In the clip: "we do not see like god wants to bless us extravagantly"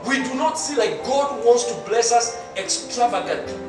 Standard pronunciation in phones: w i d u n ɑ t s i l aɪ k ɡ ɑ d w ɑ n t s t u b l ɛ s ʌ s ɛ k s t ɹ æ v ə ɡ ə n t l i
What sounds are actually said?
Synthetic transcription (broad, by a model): w i d u n ɑ t s i l aɪ k ɡ ɑ d w ɑ n t s t u b l ɛ s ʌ s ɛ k s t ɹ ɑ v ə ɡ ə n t